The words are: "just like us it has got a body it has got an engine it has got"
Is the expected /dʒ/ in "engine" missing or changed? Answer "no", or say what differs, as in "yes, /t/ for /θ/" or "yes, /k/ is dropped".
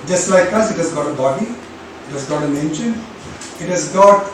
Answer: yes, /ʃ/ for /dʒ/